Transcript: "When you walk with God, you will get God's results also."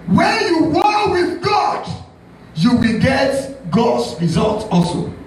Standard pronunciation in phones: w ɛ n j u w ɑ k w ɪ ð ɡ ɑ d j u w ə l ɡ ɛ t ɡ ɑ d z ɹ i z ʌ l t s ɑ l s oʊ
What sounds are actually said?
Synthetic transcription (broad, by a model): w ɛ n j u w ɑ k w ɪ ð ɡ ɑ d j u w ə l ɡ ɛ t ɡ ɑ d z ɹ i z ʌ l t ɑ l s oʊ